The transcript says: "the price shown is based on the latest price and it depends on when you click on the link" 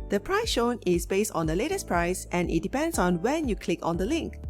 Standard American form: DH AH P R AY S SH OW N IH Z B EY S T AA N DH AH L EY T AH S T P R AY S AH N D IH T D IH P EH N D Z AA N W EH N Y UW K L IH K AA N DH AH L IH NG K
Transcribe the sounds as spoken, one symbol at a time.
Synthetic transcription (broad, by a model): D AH P R AY S SH OW N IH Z B EY S T AA N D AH L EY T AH S P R AY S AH N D IH T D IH P EH N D S AA N W EH N Y UW K L IH K AA N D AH L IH NG K